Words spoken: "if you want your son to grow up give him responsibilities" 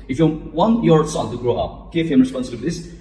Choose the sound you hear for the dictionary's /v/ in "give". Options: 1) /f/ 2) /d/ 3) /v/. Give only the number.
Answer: 1